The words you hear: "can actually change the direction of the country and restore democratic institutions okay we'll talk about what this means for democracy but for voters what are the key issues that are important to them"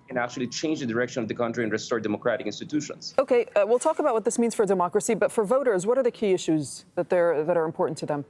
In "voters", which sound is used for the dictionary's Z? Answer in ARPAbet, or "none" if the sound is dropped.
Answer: Z